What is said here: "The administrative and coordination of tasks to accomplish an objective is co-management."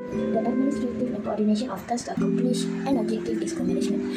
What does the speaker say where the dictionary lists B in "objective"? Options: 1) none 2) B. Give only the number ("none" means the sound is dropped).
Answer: 1